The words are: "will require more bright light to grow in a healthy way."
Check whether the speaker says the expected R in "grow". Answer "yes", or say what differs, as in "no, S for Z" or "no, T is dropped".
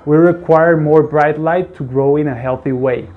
yes